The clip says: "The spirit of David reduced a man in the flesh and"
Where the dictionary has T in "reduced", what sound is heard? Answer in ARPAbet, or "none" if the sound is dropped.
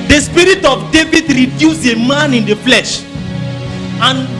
none